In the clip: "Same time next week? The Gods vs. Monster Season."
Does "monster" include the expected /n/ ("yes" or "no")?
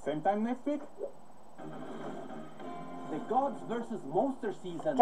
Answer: no